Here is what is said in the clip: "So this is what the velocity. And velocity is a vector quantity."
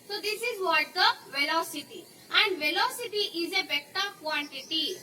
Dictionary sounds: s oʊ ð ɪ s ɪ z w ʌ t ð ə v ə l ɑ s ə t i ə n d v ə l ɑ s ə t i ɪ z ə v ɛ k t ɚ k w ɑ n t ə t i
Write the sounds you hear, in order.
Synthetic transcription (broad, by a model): s oʊ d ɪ s ɪ z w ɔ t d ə v ə l ɑ s ə t i ə n d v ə l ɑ s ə t i ɪ z ə b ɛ t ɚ k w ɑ n t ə t i